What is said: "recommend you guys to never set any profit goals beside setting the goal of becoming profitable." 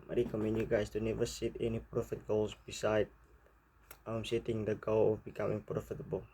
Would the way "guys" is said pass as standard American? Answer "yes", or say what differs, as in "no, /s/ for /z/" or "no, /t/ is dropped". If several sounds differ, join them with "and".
no, /s/ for /z/